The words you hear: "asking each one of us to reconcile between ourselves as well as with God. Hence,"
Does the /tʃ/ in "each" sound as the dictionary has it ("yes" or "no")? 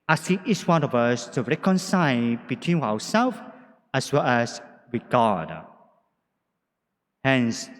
no